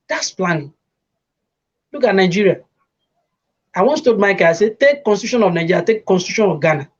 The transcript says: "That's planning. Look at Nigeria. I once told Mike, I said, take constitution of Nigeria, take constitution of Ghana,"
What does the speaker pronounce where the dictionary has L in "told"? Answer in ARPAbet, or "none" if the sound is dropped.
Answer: none